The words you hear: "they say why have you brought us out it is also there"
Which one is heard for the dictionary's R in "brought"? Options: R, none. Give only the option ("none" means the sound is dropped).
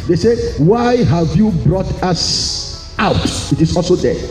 R